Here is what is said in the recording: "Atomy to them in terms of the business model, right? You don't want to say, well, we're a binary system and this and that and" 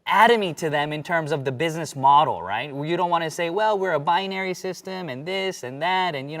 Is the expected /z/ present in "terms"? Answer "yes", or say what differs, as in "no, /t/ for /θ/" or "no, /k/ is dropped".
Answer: yes